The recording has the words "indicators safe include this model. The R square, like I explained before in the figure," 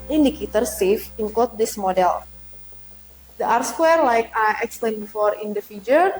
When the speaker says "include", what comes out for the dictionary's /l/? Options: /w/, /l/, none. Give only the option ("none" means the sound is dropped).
none